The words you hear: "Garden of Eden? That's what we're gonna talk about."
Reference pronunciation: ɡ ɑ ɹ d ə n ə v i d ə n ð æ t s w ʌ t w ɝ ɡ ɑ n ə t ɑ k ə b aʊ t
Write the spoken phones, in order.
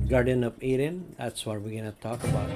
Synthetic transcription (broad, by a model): ɡ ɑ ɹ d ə n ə p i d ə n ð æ t s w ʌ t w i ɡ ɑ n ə t ɑ k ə b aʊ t